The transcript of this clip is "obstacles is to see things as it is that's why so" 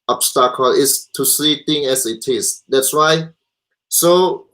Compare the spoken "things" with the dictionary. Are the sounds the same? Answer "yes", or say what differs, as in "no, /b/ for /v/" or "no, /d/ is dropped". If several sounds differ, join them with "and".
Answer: no, /t/ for /θ/ and /z/ is dropped